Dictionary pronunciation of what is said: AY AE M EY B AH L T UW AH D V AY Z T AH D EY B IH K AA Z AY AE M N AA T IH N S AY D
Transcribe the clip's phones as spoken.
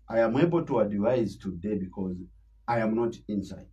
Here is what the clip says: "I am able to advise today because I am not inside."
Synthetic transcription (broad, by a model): AY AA M EY B AH L T UW AH D V AY Z T AH D EY B IH K AA Z AY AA M N AA T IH N S AY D